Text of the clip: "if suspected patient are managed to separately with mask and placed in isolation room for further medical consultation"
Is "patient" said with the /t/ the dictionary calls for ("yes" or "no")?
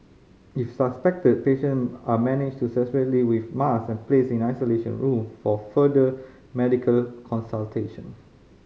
no